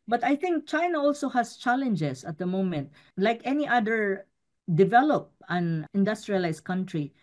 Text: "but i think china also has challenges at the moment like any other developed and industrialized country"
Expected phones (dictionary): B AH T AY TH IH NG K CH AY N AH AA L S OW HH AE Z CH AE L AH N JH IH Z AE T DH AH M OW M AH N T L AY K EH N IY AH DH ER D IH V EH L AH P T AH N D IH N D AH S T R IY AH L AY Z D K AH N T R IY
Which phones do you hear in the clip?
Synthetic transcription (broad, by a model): B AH T AY TH IH NG K CH AY N AH AA L S OW HH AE S CH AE L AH N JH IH S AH T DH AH M OW M AH N T L AY K EH N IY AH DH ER D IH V EH L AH P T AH N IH N D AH S T R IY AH L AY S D K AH N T R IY